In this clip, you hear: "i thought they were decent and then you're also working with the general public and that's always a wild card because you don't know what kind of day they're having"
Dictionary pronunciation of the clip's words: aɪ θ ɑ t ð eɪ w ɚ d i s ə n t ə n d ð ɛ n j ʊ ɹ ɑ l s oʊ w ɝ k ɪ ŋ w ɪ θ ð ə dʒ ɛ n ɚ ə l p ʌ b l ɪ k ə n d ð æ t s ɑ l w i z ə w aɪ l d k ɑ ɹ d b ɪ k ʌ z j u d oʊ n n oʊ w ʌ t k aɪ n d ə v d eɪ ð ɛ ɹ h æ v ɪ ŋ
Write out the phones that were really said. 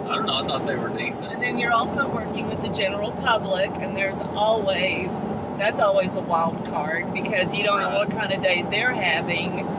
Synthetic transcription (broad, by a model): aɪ t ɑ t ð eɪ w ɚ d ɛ ə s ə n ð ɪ n j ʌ ɹ ɑ l s oʊ w ɝ k ɪ ŋ w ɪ ð ə dʒ ɛ n ɚ l p ʌ b l ɪ k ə n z ð æ t s ɑ l w i z ə w aɪ l d k ɑ ɹ d b ɪ k ʌ z j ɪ d oʊ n n oʊ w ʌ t k aɪ n d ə d eɪ ð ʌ ɹ h æ v ɪ ŋ